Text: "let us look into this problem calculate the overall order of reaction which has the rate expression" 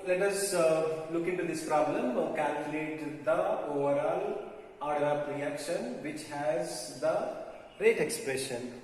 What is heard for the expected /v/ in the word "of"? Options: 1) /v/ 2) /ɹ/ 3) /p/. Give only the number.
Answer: 3